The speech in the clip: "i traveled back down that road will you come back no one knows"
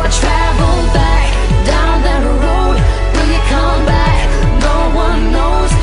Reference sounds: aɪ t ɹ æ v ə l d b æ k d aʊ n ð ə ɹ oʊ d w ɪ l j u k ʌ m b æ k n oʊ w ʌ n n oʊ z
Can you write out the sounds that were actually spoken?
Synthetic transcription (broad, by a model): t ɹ æ v l b æ k d aʊ n ð ə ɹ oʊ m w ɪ n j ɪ k ʌ m b æ k n oʊ w ʌ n n oʊ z